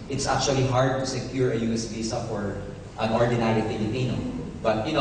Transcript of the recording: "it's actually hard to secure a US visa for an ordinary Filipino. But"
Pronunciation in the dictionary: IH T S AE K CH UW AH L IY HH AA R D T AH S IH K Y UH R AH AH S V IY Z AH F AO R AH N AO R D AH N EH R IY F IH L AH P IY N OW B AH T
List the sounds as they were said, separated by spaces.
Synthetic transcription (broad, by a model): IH T S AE K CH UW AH L IY HH AA R D T AH S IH K Y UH R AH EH S B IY S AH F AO R AH N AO R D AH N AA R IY F IH L AH P IY N OW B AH T